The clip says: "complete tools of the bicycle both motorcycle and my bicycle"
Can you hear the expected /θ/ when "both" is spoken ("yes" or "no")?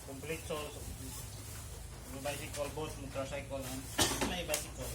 no